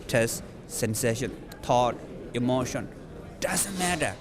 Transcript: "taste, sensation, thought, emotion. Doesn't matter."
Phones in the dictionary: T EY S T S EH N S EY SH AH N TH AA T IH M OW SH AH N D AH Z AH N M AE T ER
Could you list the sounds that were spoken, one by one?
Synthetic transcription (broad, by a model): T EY S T S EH N S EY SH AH N T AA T IH M OW SH AH N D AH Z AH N M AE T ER